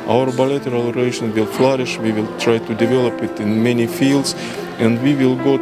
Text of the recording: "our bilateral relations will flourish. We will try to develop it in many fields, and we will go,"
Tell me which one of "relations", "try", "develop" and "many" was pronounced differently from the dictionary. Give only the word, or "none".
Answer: relations